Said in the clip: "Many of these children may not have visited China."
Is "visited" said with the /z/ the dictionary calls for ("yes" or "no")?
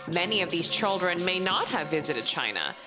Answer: yes